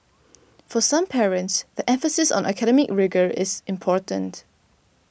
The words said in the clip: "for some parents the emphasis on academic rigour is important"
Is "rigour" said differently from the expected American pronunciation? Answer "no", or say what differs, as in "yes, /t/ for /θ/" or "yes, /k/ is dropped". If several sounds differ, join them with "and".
no